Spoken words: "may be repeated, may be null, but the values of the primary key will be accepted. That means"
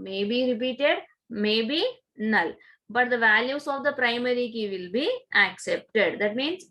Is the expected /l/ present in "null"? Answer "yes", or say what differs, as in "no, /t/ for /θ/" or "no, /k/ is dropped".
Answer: yes